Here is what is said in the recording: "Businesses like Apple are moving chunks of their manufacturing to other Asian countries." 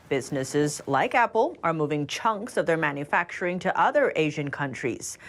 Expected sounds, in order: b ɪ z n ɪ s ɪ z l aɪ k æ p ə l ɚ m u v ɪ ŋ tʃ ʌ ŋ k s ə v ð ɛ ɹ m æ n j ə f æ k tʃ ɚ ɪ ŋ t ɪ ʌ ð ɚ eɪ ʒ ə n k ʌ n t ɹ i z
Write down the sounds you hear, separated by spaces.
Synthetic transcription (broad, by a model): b ɪ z n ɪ s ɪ z l aɪ k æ p l ɚ m u v ɪ ŋ tʃ ʌ ŋ k s ə v ð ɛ ɹ m æ n j ə f æ k tʃ ɚ ɪ ŋ t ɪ ʌ ð ɚ eɪ ʒ ə n k ʌ n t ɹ i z